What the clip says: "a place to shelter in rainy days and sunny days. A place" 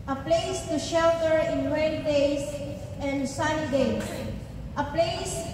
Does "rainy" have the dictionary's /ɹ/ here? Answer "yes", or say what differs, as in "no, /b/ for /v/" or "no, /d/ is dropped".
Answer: no, /w/ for /ɹ/